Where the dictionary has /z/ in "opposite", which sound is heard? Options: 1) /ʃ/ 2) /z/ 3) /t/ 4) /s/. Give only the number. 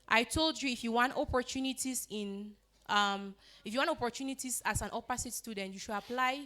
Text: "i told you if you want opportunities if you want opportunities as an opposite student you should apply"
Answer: 4